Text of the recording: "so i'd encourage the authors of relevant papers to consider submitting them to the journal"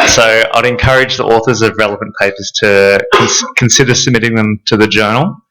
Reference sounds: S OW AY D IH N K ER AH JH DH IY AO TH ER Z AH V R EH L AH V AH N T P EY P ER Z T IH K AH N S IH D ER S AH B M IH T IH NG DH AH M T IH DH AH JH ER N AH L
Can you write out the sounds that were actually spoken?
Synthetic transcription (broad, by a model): S OW AY D IH N K ER AH JH DH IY AO TH ER Z AH V R EH L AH V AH N P EY P ER Z T IH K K N S IH D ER S AH B M IH T IH NG DH AH M T IH DH AH JH ER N L